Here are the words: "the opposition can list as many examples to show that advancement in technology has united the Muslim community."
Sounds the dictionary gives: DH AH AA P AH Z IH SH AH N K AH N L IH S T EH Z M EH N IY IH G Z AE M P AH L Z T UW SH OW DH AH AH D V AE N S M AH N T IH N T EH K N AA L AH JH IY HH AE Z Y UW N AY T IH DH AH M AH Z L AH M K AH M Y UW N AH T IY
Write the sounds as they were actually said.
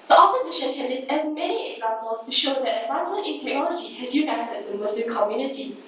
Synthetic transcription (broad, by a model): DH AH AA P AH Z IH SH AH N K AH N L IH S EH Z M EH N IY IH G Z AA M P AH L S T UW SH OW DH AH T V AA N M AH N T IH N T EH K N AA L AH JH IY HH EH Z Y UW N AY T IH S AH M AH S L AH K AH M Y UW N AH T IY